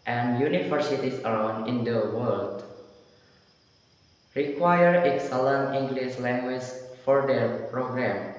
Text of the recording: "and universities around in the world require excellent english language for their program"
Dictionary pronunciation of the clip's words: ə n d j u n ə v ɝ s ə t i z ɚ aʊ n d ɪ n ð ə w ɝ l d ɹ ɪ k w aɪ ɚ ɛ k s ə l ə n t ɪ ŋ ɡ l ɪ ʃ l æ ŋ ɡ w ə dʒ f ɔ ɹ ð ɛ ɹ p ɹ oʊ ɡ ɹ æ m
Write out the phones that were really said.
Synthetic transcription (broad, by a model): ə n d j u n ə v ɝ s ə t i s ɚ aʊ n d ɪ n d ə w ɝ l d ɹ ɪ k w aɪ ɚ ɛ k s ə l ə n ɪ ŋ ɡ l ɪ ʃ l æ ŋ ɡ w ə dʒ f ɔ ɹ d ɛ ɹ p ɹ oʊ ɡ ɹ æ m